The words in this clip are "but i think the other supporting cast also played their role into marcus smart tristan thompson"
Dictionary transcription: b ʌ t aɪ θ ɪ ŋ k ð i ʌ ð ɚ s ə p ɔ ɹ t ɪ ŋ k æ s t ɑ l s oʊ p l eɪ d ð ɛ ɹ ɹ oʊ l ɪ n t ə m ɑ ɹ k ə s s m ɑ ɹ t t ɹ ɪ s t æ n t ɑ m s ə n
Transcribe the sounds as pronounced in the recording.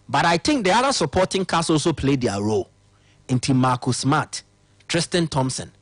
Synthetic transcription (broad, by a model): b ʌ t aɪ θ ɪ ŋ k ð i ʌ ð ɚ s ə p ɔ t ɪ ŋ k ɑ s ɑ l s oʊ p l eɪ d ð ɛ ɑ ɹ oʊ l ɪ n t ə m ɑ k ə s s m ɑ t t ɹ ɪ s t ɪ n t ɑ m s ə n